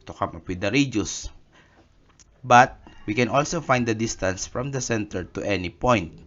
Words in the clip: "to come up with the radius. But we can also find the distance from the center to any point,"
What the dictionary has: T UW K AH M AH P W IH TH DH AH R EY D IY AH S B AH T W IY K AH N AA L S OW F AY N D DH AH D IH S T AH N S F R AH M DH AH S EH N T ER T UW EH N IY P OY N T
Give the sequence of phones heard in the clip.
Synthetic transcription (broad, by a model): T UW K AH M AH P W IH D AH R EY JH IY S B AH T W IY K AH N AA L S OW F AY N D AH D IH S T AH N S F R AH M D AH S EH N T ER T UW EH N IY P OY N T